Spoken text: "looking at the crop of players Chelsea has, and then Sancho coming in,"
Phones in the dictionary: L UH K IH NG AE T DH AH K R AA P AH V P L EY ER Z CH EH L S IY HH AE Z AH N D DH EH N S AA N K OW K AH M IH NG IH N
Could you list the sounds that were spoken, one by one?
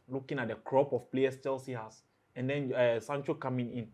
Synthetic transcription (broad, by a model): L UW K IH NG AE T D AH K R AA P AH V P L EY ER S CH EH L S IY HH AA S AH N D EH N S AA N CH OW K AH M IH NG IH N